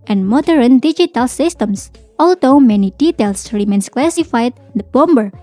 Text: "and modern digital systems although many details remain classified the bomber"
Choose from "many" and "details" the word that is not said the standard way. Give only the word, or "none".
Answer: details